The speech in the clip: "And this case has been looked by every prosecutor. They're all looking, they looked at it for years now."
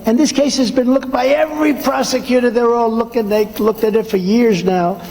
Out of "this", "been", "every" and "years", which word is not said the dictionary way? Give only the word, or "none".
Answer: none